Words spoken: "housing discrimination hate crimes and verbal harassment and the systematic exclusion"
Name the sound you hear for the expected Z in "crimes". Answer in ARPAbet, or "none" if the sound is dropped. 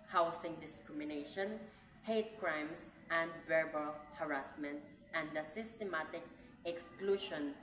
S